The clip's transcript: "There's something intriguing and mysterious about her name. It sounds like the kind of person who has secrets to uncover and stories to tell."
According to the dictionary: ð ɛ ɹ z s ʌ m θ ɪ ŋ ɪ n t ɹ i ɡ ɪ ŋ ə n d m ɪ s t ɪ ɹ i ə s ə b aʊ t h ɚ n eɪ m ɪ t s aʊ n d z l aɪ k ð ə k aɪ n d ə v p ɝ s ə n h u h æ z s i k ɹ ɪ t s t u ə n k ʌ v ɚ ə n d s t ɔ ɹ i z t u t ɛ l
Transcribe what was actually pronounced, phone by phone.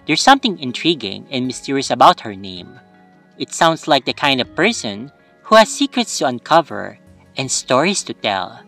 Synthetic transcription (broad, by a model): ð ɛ ɹ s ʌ m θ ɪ ŋ ɪ n t ɹ i ɡ ɪ ŋ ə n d m ɪ s t ɪ ɹ i ə s ə b aʊ t h ɚ n eɪ m ɪ t s aʊ n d s l aɪ k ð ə k aɪ n d ə v p ɝ s ə n h u h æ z s i k ɹ ɪ t s t u ə n k ʌ v ɚ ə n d s t ɔ ɹ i s t u t ɛ l